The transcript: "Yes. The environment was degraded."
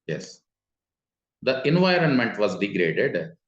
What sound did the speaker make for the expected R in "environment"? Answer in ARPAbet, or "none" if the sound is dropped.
R